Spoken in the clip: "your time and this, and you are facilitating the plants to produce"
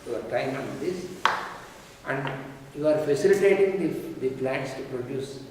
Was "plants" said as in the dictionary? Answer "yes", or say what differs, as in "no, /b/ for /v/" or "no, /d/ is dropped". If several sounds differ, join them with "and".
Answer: no, /n/ is dropped